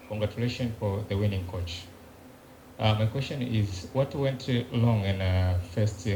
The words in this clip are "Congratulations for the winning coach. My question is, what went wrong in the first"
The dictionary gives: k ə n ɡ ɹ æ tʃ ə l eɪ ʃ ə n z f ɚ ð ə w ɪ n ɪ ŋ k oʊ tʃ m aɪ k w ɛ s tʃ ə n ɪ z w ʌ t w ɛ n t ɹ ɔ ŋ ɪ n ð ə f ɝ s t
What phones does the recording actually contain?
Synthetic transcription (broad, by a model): k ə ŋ ɡ ɹ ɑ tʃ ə l eɪ ʃ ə n f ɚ ð ə w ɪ n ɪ ŋ k oʊ tʃ m aɪ k w ɛ s tʃ ə n ɪ z w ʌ t w ɛ n t l ɔ ŋ ɪ n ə f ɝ s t